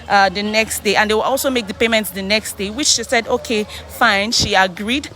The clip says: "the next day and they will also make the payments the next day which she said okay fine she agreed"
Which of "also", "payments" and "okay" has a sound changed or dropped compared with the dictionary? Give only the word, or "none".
none